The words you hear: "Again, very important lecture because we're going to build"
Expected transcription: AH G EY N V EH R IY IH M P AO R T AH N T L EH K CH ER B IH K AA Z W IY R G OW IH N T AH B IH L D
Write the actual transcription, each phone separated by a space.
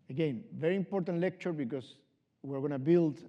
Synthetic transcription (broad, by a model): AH G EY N V EH R IY IH M P AO R T AH N T L EH K CH ER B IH K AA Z W IY R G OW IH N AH B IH L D